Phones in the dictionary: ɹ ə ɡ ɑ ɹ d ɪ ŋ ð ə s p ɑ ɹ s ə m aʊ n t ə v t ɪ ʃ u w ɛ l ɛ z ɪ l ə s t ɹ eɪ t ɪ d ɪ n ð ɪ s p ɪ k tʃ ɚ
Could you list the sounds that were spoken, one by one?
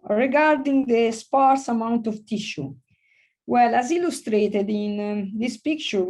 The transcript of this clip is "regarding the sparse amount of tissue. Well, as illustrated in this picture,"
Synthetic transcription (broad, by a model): ɹ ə ɡ ɑ ɹ d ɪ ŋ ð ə s p ɑ ɹ s ə m aʊ n t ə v t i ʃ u w ɛ l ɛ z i l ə s t ɹ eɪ t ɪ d ɪ n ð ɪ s p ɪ k tʃ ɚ